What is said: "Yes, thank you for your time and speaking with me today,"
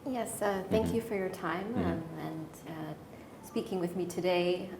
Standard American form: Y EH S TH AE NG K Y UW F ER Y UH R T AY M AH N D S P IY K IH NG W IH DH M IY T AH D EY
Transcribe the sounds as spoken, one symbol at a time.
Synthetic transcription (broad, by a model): Y EH S TH AE NG K Y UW F ER Y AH R T AY M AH N S P IY K IH NG W IH DH M IY T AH D EY